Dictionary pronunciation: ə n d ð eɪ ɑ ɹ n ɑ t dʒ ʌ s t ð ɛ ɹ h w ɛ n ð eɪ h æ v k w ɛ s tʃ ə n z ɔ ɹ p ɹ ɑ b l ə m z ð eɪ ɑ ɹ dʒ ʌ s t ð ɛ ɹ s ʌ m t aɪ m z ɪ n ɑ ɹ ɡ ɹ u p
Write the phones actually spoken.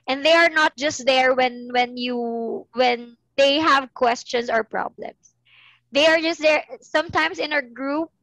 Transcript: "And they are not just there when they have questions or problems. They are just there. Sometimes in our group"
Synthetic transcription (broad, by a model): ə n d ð eɪ ɑ ɹ n ɑ t dʒ ʌ s t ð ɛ ɹ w w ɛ n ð eɪ h æ v k w ɛ s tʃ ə n s ɔ ɹ p ɹ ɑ b l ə m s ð eɪ ɑ ɹ dʒ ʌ s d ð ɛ ɹ s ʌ m t aɪ m s ɪ n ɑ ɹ ɡ ɹ u p